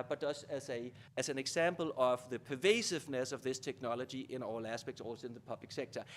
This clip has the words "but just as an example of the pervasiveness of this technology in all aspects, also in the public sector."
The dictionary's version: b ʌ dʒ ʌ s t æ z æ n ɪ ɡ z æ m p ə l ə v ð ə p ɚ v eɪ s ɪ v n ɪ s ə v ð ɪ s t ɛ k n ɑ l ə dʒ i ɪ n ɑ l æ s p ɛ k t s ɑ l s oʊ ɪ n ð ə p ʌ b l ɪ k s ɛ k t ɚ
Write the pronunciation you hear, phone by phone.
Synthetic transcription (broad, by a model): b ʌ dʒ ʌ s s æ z æ n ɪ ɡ s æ m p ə l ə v ð ə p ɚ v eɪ s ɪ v n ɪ s ə v ð ɪ s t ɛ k n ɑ l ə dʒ i ɪ n ɑ l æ s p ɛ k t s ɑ l s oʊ ɪ n ð ə p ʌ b l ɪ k s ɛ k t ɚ